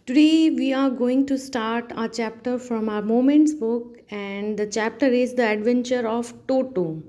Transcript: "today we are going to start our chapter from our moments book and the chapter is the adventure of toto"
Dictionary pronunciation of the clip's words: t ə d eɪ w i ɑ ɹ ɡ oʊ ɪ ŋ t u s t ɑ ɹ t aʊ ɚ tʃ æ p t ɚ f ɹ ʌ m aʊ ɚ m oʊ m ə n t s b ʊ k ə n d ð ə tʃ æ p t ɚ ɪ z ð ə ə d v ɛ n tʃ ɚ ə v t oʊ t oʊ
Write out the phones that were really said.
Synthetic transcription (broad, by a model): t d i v i ɑ ɹ ɡ oʊ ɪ ŋ t u s t ɑ ɹ t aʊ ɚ tʃ æ p t ɚ f ɹ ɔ m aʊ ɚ m oʊ m ə n t s b ʊ k ə n d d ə tʃ æ p t ɚ ɪ z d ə ə d v ɛ n tʃ ɚ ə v t oʊ t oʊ